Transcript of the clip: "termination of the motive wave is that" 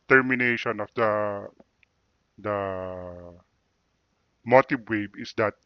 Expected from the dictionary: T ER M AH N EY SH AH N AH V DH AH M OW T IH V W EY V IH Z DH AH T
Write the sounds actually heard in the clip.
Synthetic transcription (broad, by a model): T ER M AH N EY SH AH N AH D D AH M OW T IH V W EY B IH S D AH T